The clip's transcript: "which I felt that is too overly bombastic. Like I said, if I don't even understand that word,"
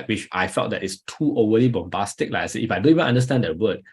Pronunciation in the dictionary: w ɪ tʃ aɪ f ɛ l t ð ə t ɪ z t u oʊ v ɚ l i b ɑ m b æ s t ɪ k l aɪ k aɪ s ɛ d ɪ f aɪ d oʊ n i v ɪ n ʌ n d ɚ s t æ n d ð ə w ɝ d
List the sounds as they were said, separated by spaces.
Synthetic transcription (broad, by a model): w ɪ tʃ aɪ f ɛ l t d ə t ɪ s t u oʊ w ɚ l i b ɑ m b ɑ s t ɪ k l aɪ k aɪ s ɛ ɪ f aɪ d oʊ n i v ɪ n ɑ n d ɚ s t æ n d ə w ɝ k